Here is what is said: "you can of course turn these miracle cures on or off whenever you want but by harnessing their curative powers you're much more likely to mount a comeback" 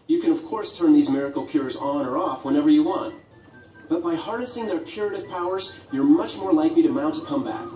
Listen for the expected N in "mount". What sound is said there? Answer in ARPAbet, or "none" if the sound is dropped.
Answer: N